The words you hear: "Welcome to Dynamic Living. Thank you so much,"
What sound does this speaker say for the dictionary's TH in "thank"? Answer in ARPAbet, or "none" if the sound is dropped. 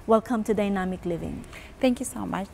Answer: T